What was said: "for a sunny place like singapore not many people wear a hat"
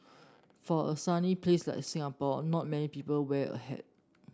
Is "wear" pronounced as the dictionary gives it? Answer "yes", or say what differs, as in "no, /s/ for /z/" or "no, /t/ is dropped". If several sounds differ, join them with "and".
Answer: no, /l/ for /ɹ/